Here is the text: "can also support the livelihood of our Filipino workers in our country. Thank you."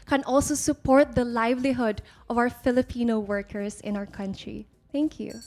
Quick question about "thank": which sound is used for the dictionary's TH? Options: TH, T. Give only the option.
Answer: T